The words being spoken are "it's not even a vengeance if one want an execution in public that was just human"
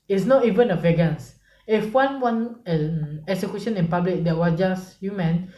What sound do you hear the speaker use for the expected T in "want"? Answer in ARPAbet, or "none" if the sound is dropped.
none